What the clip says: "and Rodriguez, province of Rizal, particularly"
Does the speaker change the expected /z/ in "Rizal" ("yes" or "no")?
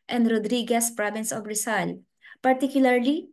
yes